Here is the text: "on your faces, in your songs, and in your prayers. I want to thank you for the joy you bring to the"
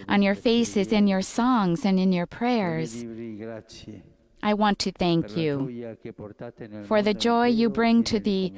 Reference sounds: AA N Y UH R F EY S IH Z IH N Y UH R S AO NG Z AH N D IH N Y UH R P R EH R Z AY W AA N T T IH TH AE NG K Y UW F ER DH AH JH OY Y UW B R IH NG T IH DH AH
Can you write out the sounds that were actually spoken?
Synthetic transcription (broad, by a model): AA N Y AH R F EY S IH Z IH N Y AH R S AO NG Z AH N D IH N Y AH R P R EH R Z AY W AA N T T IH TH AE NG K Y UW F ER DH AH JH OY Y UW B R IH NG T IH DH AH